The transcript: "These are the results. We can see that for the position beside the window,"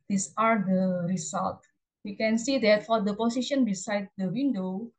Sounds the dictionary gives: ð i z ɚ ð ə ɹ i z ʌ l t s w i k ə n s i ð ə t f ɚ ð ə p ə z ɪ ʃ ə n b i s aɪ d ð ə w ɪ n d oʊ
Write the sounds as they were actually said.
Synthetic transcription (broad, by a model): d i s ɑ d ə ɹ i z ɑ l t w i k ə n s i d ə t f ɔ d ə p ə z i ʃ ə n b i s aɪ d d ə w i n d oʊ